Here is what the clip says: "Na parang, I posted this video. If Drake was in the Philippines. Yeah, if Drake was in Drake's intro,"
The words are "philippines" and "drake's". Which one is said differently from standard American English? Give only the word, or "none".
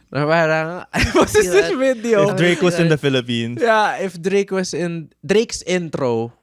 philippines